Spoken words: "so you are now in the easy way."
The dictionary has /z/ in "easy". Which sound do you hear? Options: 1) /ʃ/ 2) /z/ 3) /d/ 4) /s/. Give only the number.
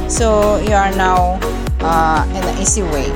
4